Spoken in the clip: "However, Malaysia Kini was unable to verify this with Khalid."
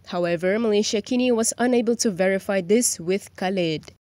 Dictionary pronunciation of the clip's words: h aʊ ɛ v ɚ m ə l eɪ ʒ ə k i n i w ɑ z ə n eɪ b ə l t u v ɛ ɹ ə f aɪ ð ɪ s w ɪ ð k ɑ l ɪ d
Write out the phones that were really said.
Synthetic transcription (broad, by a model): h aʊ ɛ v ɚ m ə l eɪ ʃ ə k i n i w ɑ z ə n eɪ b ə l t u v ɛ ɹ ə f aɪ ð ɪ s w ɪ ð k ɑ l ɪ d